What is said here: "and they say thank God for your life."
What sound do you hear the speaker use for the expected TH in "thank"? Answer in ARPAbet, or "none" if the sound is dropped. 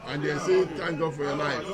T